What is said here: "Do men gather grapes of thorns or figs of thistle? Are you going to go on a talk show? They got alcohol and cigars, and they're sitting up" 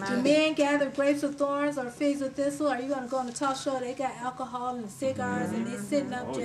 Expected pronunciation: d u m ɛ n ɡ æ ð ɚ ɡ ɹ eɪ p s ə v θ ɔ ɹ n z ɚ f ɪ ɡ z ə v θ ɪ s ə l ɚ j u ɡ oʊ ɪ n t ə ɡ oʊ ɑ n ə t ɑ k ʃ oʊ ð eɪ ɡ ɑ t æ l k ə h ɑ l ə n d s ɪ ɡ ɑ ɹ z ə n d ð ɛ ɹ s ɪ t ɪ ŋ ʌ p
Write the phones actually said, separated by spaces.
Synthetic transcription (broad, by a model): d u m ɛ n ɡ æ ð ɚ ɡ ɹ eɪ p s ə v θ ɔ ɹ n z ɚ f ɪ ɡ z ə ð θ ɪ s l ɚ j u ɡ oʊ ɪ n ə ɡ oʊ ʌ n ə t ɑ ʃ oʊ ð eɪ ɡ ɑ t æ l k ə h ɑ l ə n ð s ɪ ɡ ɑ ɹ z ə n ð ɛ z s ɪ t ɪ ŋ ʌ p